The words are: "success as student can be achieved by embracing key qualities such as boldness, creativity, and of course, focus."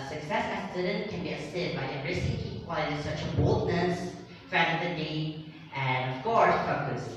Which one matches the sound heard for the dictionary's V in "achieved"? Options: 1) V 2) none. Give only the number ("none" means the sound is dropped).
2